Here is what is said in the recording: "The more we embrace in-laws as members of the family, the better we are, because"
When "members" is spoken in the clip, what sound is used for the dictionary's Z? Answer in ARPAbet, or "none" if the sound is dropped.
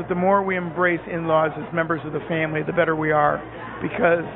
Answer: Z